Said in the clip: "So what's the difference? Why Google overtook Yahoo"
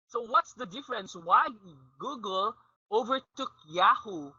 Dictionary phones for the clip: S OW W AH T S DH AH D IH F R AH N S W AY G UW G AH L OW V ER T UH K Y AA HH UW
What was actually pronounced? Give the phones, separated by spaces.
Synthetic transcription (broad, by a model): S OW W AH T S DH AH D IH F R AH N S W AY G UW G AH L OW V ER T UH K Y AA HH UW